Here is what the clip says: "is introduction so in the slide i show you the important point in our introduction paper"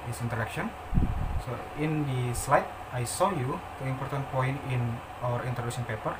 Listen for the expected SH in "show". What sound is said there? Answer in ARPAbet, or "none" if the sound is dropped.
S